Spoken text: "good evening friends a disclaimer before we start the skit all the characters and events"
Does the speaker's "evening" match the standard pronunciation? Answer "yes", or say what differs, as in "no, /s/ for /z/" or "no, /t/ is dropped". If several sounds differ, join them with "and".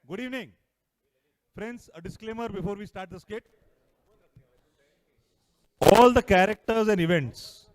yes